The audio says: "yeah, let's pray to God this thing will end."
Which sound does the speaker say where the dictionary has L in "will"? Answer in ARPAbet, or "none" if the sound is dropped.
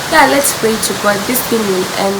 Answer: N